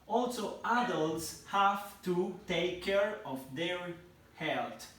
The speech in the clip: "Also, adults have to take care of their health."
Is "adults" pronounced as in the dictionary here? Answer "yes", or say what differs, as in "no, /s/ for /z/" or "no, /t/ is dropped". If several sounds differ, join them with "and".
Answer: yes